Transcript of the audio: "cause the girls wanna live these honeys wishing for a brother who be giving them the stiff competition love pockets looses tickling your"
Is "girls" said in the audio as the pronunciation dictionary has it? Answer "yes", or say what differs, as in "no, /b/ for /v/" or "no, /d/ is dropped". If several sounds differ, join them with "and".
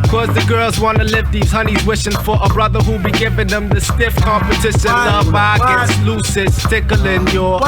yes